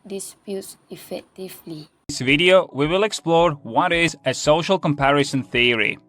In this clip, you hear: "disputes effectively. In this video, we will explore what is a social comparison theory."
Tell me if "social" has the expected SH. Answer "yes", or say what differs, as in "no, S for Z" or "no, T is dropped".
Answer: yes